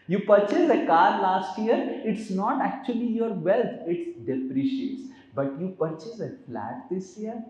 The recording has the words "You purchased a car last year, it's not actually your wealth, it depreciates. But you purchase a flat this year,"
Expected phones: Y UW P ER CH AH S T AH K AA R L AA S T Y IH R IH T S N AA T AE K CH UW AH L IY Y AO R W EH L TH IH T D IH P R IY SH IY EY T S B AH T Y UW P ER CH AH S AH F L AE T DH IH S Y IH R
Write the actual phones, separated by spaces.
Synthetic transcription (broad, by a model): Y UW P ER CH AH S AH K AA R L AA S T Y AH R IH T S N AA T AE K CH UW AH L IY Y AO R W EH L T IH T D IH P R IY SH IY EY T S B AH T Y UW P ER CH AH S AH F L AE T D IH S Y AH R